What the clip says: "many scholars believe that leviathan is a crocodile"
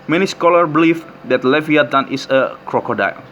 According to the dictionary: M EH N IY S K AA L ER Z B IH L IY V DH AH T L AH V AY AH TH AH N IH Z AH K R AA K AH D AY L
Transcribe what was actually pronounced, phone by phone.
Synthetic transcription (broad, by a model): M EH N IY S K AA L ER B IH L IY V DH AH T L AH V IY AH T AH N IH S AH K R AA K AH D AY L